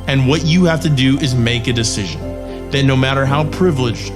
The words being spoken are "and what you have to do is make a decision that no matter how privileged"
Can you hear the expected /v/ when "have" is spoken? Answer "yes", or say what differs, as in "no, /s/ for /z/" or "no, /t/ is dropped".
no, /f/ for /v/